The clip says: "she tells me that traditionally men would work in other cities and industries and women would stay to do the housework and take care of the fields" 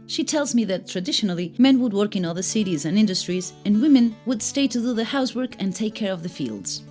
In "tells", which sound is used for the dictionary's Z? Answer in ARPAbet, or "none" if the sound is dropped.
Z